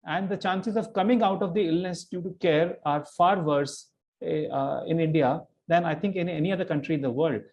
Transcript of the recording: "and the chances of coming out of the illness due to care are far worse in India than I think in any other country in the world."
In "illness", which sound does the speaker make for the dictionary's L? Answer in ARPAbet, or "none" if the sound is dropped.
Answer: L